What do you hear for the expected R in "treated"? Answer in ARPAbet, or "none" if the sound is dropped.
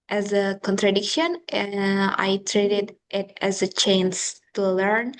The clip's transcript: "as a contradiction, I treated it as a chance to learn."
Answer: R